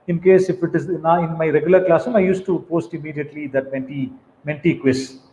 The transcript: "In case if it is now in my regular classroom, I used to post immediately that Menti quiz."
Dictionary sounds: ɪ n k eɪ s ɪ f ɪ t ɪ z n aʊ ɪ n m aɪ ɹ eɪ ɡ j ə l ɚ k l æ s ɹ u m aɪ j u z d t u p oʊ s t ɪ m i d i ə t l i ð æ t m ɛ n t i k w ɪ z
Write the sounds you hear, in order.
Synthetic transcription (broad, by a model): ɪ n k eɪ s ɪ f ɪ t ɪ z n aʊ ɪ n m aɪ ɹ eɪ ɡ j ə l ɚ k l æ s u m aɪ j u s t u p oʊ s t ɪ m i d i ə t l i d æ t m ɛ n t i k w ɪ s